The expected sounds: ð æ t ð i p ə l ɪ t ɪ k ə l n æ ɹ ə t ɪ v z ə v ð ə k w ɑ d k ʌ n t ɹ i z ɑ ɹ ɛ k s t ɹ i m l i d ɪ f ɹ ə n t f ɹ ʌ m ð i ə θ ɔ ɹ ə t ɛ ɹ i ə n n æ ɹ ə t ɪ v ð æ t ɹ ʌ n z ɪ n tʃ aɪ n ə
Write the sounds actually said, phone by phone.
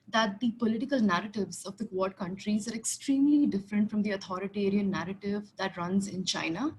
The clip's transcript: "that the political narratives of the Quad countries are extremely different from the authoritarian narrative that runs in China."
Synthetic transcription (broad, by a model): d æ t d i p ə l ɪ t ɪ k ə l n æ ɹ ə t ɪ v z ə v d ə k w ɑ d k ʌ n t ɹ i z ɑ ɹ ɛ k s t ɹ i m l i d ɪ f ɹ ə n t f ɹ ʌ m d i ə t ɔ ɹ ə t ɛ ɹ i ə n n æ ɹ ə t ɪ v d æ t ɹ ʌ n z ɪ n tʃ aɪ n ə